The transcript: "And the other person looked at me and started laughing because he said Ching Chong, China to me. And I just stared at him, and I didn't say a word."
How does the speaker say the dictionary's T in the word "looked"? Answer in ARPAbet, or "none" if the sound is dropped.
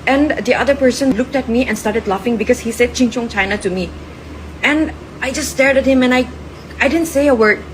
T